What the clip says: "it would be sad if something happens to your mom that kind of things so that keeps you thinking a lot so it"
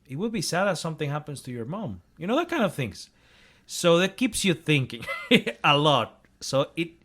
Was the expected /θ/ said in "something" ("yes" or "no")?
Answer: yes